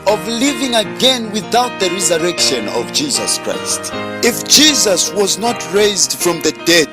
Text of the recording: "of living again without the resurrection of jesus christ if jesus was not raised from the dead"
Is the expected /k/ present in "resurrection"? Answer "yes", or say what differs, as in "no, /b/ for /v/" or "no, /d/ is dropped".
yes